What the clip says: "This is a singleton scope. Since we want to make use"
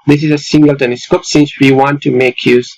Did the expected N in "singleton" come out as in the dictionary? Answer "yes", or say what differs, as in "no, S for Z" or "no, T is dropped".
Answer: no, L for N